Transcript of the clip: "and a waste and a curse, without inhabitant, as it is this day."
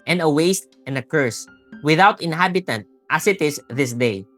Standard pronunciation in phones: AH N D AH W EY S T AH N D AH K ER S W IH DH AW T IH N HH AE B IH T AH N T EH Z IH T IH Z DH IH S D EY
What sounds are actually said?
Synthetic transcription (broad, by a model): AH N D AH W EY S T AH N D AH K ER S W IH DH AW T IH N HH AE B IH T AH N T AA S IH T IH S DH IH S D EY